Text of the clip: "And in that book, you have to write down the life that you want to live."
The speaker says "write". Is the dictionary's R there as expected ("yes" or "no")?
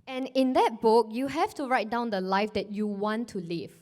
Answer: yes